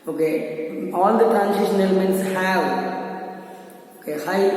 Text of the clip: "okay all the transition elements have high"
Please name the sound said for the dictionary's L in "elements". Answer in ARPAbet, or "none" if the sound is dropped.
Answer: L